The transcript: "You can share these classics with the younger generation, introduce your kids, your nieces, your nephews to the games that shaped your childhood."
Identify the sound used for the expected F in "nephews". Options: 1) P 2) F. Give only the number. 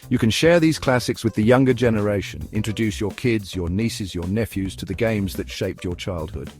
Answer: 2